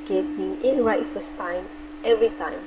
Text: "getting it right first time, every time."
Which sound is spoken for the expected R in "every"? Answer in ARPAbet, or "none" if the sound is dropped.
R